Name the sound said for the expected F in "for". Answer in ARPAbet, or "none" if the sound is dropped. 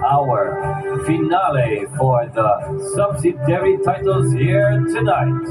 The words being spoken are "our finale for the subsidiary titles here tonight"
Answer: F